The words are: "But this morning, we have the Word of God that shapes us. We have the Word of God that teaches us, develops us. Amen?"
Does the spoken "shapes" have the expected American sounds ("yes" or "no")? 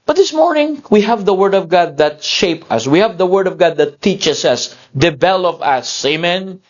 no